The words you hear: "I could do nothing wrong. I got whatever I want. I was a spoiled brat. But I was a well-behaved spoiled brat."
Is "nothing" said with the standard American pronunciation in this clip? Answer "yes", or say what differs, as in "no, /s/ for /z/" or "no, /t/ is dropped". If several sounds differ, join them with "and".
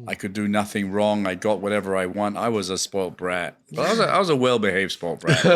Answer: yes